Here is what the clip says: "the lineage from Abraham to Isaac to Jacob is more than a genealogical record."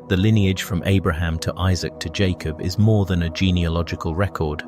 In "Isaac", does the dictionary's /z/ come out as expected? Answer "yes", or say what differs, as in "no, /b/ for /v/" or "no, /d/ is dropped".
yes